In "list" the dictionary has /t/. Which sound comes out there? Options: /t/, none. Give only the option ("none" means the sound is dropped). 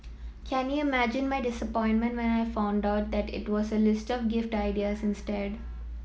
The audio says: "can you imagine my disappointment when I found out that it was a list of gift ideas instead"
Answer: /t/